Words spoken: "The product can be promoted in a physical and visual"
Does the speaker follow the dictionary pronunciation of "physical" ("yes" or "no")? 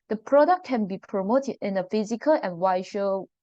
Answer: yes